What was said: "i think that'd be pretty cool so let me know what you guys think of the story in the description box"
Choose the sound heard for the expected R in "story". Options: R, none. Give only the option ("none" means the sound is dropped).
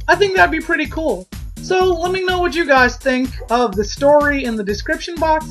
R